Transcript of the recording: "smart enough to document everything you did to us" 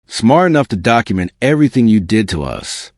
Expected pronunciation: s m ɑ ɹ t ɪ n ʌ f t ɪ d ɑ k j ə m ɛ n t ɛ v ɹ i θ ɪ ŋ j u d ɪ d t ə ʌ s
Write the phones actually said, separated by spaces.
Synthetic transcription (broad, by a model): s m ɑ ɹ t ɪ n ʌ f t ɪ d ɑ k j ə m ɛ n t ɛ v ɹ i θ ɪ ŋ j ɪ d ɪ d t ə ʌ s